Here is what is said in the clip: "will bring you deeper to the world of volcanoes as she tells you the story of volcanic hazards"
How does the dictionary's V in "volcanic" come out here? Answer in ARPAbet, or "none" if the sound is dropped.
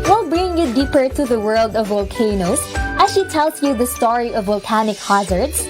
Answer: V